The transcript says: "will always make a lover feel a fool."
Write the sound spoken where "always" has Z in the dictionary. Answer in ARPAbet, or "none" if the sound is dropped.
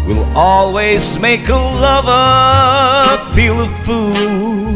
Z